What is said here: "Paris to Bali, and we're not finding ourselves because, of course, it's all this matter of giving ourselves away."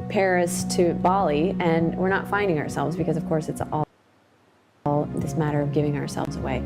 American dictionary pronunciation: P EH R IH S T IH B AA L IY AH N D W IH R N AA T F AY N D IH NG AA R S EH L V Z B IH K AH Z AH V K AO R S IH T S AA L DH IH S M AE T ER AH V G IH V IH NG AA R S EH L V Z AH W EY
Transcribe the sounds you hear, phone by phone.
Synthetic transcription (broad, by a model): P EH R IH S T IH B AA L IY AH N W IH R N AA T F AY N D IH NG AA R S EH L V Z B IH K AH Z AH V K AO R S IH T S AA L DH IH S M AE T ER AH V G IH V IH NG AA R S EH L V Z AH W EY